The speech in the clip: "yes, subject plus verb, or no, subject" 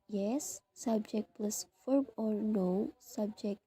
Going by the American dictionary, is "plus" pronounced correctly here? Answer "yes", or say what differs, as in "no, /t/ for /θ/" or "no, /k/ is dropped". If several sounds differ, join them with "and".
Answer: yes